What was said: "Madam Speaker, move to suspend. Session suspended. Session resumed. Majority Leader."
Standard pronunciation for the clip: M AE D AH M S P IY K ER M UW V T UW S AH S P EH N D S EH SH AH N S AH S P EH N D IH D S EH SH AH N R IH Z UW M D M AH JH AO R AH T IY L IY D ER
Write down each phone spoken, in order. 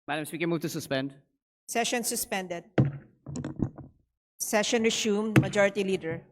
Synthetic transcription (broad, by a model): M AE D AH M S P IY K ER M UW V T UW S AH S P EH N D S EH SH AH N S AH S P EH N D IH D S EH SH AH N R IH S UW M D M AH JH AO R AH T IY L IY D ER